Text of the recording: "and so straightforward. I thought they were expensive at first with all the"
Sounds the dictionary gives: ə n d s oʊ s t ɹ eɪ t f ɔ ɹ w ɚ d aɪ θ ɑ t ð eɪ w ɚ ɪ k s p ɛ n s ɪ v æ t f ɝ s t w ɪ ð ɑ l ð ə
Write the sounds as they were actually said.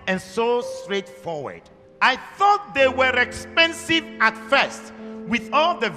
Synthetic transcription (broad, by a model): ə n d s oʊ s t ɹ eɪ t f ɔ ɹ w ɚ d aɪ θ ɑ t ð eɪ w ɚ ɪ k s p ɛ n s ɪ v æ t f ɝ s t w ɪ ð ɑ l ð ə